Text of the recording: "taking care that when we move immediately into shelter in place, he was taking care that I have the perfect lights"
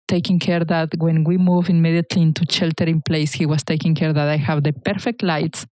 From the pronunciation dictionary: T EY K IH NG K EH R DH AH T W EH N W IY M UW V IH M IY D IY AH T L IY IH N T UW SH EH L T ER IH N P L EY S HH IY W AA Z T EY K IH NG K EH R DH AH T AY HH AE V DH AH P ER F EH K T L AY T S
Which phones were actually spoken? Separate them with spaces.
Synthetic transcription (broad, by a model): T EY K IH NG K EH R DH AH T W EH N W IY M UW V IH M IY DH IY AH T L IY IH N T UW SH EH L T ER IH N P L EY S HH IY W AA S T EY K IH NG K EH R DH AH T AY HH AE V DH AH P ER F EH K T L AY T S